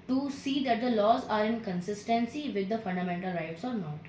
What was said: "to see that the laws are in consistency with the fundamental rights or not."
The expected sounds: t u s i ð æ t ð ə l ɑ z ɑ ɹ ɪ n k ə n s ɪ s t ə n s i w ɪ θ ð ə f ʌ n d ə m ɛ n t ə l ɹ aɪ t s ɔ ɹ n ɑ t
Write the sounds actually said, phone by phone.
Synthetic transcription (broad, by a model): t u s i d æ t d ə l ɑ z ɑ ɹ ɪ n k ə n s ɪ s t ə n s i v ɪ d ə f ʌ n d ə m ɛ n t ə l ɹ aɪ t s ɔ ɹ n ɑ t